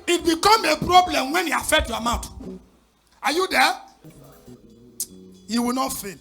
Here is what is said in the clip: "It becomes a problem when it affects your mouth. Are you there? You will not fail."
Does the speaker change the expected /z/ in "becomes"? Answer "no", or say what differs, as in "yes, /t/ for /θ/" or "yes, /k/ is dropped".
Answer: yes, /z/ is dropped